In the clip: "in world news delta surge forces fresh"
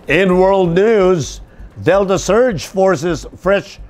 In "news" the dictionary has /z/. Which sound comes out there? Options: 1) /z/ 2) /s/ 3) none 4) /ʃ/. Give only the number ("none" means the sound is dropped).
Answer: 1